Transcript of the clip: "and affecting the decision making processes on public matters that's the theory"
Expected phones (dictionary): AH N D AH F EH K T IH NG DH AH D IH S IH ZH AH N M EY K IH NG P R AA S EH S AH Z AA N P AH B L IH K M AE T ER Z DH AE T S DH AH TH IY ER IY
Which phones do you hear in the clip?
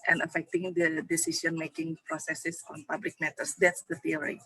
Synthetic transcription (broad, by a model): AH N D AH F EH K T IH NG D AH D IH S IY SH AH N M EY K IH NG P R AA S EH S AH S AA N P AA B L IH K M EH T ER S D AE T S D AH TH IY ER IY